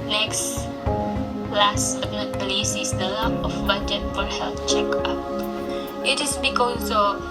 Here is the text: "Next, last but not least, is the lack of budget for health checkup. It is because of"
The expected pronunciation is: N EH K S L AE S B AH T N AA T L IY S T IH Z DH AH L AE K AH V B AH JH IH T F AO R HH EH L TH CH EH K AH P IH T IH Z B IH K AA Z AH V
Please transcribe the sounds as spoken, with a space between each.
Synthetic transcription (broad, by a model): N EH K S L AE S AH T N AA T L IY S IH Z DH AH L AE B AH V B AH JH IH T F AO R HH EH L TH CH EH K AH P IH T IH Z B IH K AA S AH